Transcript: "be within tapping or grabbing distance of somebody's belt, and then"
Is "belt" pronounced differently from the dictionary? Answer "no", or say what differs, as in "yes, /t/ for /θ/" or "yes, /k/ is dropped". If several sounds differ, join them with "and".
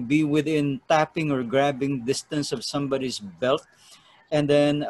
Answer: no